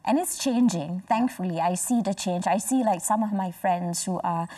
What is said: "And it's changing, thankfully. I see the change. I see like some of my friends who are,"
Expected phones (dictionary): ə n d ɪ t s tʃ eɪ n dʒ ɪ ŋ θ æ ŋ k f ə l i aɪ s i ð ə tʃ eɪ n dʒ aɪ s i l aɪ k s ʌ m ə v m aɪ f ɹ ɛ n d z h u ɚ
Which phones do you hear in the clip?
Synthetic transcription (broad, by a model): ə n ɪ t s tʃ eɪ n dʒ ɪ ŋ θ æ ŋ k f ə l i aɪ s i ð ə tʃ eɪ n dʒ aɪ s i l aɪ k s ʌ m ə v m aɪ f ɹ ɛ n d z h u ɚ